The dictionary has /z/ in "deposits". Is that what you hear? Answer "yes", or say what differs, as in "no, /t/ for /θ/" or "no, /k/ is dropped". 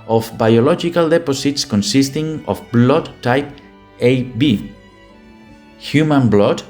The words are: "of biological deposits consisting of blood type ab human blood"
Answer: no, /s/ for /z/